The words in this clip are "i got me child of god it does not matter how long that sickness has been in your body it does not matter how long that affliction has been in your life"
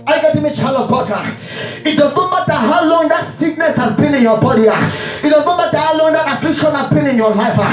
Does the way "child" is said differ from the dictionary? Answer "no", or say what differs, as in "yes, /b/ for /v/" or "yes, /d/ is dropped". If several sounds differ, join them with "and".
yes, /d/ is dropped